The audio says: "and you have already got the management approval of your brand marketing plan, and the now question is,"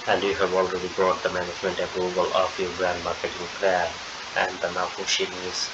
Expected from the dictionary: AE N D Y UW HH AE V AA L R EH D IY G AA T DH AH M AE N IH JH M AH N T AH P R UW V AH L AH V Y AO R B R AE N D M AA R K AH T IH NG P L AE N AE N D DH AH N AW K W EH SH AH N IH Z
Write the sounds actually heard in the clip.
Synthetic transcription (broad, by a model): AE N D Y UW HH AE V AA L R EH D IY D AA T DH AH M AE N IH JH M AH N T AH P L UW B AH L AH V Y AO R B R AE N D M AA R K AH T IH NG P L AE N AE N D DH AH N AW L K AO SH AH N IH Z